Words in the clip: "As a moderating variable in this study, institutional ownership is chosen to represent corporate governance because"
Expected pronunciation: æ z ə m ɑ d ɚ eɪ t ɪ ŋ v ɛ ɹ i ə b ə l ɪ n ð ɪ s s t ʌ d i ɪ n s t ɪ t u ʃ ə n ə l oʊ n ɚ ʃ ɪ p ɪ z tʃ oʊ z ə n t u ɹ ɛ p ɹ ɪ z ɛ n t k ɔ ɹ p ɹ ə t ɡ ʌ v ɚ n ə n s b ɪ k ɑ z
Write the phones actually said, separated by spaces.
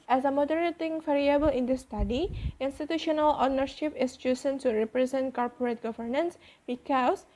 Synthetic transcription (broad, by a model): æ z ə m ɑ d ɚ eɪ t ɪ ŋ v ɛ ɹ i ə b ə l ɪ n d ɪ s s t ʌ d i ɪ n s t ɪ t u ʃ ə n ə l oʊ n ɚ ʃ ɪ p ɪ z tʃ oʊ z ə n s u ɹ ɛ p ɹ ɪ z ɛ n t k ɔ ɹ p ɹ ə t ɡ ʌ v ɚ n ə n s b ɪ k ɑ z